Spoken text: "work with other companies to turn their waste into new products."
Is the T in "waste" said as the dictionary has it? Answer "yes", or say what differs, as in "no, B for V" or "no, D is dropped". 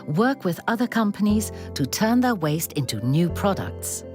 yes